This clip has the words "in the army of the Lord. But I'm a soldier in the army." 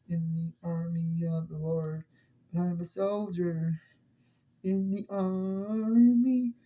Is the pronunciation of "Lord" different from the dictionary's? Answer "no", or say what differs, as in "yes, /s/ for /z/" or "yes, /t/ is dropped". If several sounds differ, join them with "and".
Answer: no